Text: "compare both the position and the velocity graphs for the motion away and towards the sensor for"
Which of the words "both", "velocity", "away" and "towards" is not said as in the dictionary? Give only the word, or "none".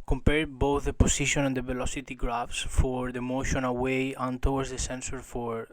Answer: towards